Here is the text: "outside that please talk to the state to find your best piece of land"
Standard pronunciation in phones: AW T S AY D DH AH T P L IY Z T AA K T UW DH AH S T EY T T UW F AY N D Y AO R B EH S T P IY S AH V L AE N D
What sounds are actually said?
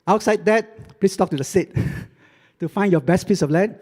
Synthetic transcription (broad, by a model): AW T S AY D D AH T P L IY S T AA K T UW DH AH S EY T T UW F AY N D Y AO B EH S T P IY S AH F L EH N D